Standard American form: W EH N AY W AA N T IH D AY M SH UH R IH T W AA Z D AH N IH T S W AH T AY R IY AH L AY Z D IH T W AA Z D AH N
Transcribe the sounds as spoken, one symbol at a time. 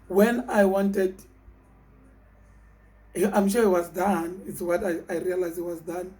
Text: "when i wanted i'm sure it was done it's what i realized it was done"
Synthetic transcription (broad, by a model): W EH N AY W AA N T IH D AY M SH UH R IH T W AA Z D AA N IH T S W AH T AY R IY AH L AY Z IH T W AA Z D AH N